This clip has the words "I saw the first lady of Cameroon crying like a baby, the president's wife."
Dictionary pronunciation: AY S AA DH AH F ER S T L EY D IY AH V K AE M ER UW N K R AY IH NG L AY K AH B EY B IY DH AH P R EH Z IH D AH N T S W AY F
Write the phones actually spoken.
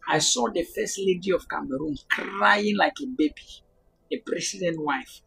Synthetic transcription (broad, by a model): AY S AA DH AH F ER S T L EY D IY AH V K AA M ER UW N K R AY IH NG L AY K AH B EY B IY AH P R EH S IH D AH N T W AY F